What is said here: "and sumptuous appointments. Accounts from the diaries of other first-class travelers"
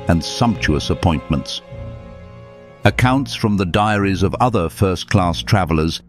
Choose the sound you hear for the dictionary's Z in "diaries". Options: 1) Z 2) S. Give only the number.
1